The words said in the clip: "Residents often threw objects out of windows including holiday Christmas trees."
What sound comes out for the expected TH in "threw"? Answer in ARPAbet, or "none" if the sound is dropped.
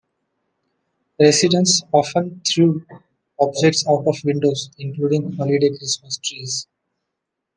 T